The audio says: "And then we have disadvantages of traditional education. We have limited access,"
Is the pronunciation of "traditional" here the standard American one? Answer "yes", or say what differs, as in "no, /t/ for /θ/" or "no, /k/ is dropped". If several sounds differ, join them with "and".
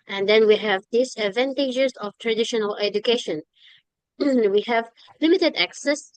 yes